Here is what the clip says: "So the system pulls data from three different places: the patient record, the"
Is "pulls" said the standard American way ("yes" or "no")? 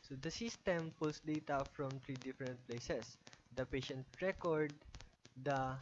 no